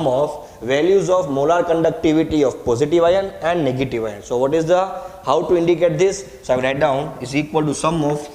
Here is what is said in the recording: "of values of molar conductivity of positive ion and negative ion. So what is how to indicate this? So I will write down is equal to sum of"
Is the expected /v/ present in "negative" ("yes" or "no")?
yes